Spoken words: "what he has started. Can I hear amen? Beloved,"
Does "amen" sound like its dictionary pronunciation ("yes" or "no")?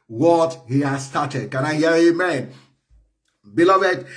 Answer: yes